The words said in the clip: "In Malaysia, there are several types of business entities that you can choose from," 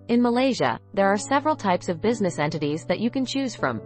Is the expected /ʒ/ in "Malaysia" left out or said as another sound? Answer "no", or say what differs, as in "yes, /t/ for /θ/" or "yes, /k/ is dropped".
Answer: no